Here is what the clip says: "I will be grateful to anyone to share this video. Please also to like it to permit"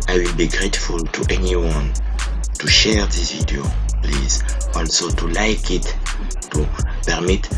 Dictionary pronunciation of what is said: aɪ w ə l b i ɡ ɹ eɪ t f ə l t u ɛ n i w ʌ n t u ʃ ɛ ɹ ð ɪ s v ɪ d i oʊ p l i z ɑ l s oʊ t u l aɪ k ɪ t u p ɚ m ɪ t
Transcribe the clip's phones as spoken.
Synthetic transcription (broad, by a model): aɪ w ə l b i ɡ ɹ eɪ t f ə l t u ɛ n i w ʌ n t u ʃ ɛ ɹ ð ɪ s v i d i oʊ p l i z ɑ l s oʊ t u l aɪ k ɪ t u p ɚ m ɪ t